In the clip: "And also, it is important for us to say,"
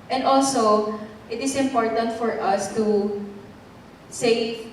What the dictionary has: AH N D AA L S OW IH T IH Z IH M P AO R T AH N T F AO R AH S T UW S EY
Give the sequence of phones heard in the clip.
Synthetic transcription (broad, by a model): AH N D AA L S OW IH T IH S IH M P AO R T AH N T F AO R AH S T UW S EY